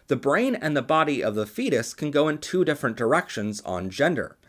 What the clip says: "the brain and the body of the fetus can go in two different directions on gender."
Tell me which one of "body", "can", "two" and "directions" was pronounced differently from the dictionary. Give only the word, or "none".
none